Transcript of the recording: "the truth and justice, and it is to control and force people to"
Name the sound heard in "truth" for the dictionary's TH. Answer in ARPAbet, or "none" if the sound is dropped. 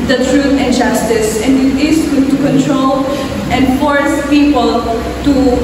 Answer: T